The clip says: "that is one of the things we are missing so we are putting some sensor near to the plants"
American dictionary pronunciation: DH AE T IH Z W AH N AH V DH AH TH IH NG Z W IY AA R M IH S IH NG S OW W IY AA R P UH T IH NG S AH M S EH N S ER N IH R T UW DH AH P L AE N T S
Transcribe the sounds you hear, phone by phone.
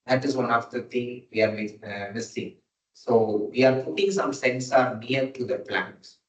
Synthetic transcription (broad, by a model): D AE T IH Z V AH N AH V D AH T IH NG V IY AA R M IH S IH NG S OW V IY AA R P UH T IH NG S AH M S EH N S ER N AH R T UW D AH P L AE N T S